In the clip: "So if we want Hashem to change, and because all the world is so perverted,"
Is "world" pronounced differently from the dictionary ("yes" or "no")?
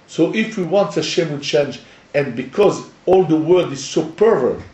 yes